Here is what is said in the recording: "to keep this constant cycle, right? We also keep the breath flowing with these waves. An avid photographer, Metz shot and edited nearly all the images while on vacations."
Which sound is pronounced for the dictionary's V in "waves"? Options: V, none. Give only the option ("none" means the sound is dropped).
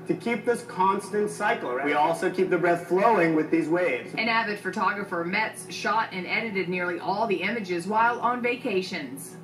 V